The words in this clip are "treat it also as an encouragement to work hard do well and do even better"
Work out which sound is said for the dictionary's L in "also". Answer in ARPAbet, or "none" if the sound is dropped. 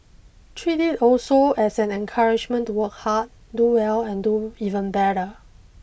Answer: L